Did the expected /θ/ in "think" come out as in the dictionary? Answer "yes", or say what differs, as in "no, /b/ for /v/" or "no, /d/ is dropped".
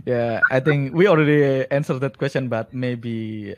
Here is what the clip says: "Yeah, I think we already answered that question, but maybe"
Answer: no, /t/ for /θ/